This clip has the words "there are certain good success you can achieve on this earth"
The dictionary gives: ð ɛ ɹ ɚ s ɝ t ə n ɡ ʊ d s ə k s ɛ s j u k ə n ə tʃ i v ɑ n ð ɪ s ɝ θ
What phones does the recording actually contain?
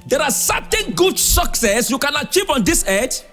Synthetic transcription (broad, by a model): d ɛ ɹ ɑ s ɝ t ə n ɡ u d s ə k s ɛ s j u k ə n ə tʃ i v ɑ n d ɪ s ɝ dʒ